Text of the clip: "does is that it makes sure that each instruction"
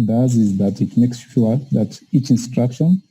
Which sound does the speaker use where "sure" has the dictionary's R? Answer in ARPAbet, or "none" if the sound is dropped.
L